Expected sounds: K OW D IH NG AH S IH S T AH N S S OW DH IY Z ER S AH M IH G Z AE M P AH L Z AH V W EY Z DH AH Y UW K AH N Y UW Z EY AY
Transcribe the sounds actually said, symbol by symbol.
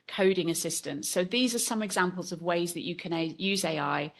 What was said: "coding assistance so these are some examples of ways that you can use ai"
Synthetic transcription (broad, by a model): K OW D IH NG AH S IH S T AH N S S OW DH IY Z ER S AH M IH G Z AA M P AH L Z AH V W EY Z DH AH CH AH K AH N Y UW Z EY AY